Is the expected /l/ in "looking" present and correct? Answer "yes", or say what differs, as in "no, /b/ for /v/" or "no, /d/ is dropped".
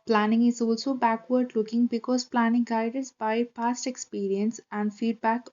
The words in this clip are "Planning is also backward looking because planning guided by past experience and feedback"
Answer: yes